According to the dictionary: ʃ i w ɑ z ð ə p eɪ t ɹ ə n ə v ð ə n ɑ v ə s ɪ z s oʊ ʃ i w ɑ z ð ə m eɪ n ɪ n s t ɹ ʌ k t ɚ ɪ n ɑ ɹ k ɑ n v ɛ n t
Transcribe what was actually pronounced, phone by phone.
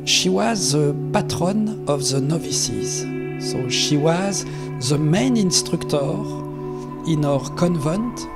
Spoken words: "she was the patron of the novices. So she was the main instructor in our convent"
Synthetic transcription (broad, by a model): ʃ i w ɑ z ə p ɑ t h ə n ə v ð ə n ɑ v ə s ɪ z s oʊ ʃ i w ɑ z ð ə m eɪ n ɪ n s t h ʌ k t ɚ ɪ n ɑ ɹ k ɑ n v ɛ n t